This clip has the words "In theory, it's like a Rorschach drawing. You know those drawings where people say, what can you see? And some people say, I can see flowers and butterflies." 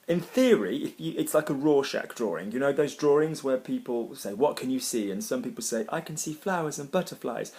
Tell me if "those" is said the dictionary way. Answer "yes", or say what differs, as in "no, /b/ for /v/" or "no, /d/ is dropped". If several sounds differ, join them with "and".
yes